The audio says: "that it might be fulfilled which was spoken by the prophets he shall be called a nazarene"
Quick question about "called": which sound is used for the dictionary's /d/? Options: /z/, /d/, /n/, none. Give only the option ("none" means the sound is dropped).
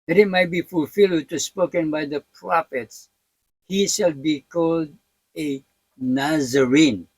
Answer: /d/